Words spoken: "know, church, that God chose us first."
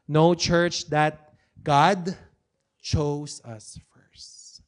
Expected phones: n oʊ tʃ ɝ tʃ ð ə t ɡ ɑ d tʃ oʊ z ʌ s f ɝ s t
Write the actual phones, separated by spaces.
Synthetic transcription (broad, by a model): n oʊ tʃ ɝ tʃ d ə t ɡ ɑ d tʃ oʊ s ʌ s f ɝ s t